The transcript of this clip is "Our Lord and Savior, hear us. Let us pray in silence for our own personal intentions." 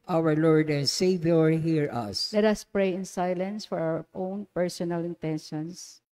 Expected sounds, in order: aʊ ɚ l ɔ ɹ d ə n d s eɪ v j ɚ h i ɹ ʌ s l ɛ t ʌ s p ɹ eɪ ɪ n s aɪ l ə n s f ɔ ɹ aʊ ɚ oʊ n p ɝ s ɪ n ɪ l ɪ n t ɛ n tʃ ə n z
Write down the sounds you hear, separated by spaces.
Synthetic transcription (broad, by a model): aʊ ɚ l ɔ ɹ d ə n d s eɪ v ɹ h i ɹ ʌ s l ɛ t ʌ s p ɹ eɪ ɪ n s aɪ l ə n s f ɔ ɹ aʊ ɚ oʊ n p ɝ s ɪ n ɪ l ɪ n t ɛ n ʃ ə n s